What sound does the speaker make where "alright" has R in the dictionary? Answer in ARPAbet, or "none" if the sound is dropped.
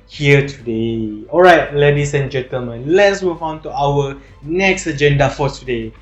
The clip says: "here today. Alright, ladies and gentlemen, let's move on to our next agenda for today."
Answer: R